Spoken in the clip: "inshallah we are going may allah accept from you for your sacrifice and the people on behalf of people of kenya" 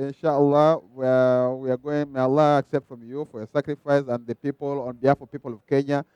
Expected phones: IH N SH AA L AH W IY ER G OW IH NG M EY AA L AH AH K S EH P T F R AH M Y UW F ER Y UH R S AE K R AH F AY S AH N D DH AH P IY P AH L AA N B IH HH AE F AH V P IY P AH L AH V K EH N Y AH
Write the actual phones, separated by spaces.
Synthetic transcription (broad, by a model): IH N SH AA L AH W IY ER G OW IH NG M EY AA L AH AH K S EH P T F R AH M Y UW F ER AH S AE K R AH F AY S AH N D DH AH P IY P AH L AA N B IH HH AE F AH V P IY P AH L AH V K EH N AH